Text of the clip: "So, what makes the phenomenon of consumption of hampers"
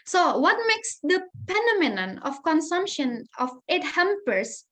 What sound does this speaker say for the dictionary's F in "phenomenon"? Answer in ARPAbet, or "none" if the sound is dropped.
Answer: P